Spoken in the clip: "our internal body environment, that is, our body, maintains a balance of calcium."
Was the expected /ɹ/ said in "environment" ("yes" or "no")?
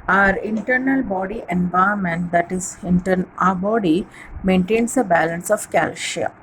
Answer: no